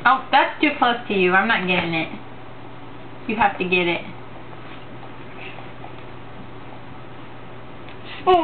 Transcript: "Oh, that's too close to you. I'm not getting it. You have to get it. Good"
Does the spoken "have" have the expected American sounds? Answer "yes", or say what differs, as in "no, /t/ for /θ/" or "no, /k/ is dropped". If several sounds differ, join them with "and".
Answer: no, /f/ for /v/